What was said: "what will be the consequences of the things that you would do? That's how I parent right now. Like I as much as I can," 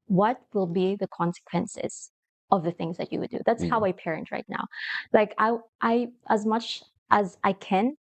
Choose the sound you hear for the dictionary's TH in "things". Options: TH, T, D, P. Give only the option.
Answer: TH